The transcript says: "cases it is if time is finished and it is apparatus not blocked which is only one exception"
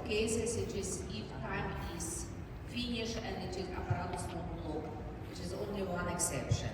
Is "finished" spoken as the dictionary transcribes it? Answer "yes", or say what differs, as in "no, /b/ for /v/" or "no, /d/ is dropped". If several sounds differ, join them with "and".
no, /t/ is dropped